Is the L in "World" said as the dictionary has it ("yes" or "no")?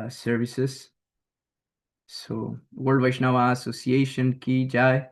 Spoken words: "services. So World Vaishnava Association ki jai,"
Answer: no